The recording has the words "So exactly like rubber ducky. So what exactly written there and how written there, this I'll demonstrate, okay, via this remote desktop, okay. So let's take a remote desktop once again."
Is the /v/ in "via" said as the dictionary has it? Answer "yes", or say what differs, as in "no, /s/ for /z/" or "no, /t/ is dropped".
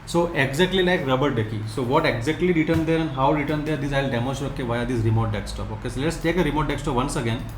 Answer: yes